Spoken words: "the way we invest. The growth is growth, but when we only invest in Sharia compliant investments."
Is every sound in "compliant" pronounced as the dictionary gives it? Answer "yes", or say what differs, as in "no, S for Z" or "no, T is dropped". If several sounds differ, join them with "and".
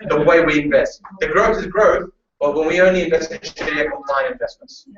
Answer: no, T is dropped